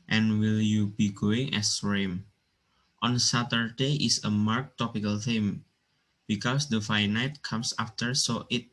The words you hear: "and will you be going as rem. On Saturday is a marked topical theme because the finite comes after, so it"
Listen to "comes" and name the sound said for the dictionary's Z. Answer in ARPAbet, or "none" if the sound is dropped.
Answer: S